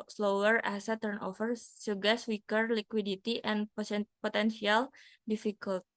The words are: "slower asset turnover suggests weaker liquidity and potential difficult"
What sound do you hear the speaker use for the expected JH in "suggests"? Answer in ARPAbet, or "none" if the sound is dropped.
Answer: none